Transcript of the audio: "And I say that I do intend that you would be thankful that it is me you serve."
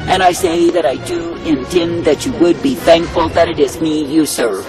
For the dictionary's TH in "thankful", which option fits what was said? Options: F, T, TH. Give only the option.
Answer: TH